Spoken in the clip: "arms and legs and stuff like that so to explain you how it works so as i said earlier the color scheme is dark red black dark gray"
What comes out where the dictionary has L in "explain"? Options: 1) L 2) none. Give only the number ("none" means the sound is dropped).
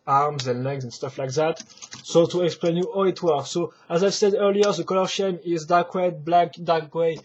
1